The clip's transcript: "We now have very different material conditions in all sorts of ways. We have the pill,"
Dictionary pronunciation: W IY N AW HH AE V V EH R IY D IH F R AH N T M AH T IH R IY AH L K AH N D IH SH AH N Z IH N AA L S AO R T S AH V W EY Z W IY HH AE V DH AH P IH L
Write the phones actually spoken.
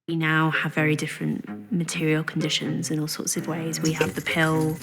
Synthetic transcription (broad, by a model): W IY N AW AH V V EH R IY D IH F R AH N T M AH T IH R IY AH L K AH N D IH SH AH N Z IH N AA L S AO T S AH V W EY Z W IY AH V DH AH P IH L